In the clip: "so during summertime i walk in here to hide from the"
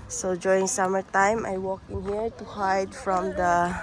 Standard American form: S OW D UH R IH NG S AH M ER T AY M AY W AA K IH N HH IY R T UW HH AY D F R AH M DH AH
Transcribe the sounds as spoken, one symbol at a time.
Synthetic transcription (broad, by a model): S OW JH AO IH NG S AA M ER T AY M AY W AA K IH N HH IY R T UW HH AY D F R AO M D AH